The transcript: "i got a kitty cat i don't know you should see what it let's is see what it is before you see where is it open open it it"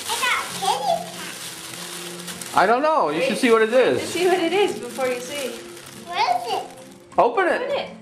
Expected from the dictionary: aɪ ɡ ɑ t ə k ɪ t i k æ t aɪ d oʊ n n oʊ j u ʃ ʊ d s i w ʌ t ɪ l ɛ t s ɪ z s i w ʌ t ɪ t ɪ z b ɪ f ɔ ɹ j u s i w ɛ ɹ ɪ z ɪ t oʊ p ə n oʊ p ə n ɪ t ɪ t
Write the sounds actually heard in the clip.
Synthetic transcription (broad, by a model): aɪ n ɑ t ə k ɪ t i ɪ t d oʊ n n oʊ j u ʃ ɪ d s i w ʌ t ɪ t ɪ z s i w ʌ t ɪ t ɪ z b ɪ f ɔ ɹ j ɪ s i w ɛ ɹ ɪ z ɪ t oʊ ə p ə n ɪ t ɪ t